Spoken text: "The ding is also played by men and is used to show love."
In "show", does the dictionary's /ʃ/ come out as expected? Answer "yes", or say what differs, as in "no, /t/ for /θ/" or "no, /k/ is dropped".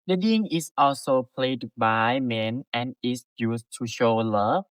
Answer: yes